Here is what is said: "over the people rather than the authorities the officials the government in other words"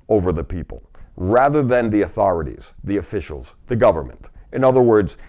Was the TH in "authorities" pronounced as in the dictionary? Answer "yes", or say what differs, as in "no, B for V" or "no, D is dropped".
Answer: yes